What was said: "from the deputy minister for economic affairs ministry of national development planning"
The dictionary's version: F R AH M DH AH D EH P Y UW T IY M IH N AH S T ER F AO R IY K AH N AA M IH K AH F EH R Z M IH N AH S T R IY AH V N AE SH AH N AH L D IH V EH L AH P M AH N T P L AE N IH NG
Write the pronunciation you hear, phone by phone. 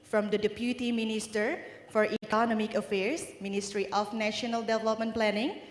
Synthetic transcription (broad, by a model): F R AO M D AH D EH P Y UW T IY M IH N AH S T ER F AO R IY K AH N AA M IH K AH F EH R S M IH N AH S T R IY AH F N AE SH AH N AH L D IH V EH L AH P M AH N P L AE N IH NG